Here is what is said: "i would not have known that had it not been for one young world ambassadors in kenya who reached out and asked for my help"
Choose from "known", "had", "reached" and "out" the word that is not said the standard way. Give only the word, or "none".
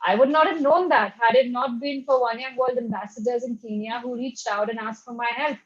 none